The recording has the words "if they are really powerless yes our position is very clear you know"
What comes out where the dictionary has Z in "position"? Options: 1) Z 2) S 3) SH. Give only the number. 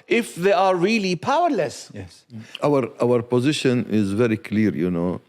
1